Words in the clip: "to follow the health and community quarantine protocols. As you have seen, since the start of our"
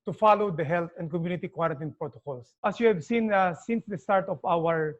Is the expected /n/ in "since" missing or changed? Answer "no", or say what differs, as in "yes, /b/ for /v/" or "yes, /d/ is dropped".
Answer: no